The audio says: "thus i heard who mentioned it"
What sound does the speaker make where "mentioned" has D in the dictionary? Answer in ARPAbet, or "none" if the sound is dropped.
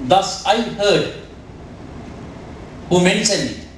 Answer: none